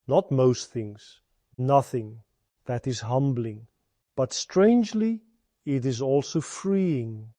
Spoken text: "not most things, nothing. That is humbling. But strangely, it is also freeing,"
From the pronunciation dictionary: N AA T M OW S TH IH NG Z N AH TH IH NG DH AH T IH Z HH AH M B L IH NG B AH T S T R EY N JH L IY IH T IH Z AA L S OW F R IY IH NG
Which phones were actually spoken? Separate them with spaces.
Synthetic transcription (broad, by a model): N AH T M OW S TH IH NG Z N AH TH IH NG DH AH T IH Z HH AH M B L IH NG B AH T S T R EY N JH L IY IH T IH Z AA L S OW F R IY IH NG